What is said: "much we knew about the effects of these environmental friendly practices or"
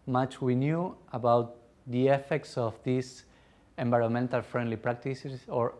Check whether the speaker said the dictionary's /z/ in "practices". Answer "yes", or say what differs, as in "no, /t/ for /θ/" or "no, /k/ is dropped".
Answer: no, /s/ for /z/